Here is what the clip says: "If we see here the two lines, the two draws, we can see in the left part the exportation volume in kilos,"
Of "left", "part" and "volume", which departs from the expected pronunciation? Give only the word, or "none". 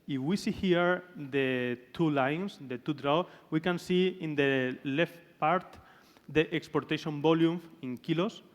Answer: volume